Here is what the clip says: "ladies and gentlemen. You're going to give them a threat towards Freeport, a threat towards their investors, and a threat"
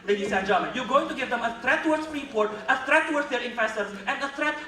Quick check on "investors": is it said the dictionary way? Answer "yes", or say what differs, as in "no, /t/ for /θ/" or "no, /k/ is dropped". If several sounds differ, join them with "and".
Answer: no, /f/ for /v/